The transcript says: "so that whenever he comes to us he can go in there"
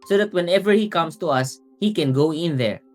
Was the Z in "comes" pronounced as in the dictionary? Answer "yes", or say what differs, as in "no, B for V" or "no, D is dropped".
no, S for Z